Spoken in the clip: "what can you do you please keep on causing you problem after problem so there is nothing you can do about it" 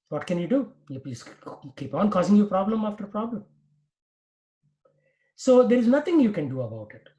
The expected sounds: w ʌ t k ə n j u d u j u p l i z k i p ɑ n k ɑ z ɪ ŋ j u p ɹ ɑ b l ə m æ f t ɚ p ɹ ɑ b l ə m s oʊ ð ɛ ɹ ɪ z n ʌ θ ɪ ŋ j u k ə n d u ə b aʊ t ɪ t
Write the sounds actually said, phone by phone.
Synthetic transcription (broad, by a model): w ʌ t k ə n j u d u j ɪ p i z k i p ɑ n k ɑ z ɪ ŋ j u p ɹ ɑ b l ə m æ f t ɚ p ɹ ɑ b l ə m s oʊ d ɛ ɹ ɪ z n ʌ t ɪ ŋ j u k ə n d u ə b aʊ t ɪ t